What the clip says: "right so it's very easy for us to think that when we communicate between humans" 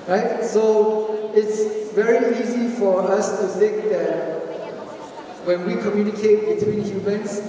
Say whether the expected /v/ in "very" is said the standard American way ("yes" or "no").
yes